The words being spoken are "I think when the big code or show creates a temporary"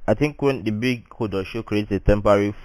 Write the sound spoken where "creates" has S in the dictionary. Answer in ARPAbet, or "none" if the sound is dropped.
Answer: none